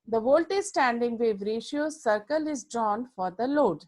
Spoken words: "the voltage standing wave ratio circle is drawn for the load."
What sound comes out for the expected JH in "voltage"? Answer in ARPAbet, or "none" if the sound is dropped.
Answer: Z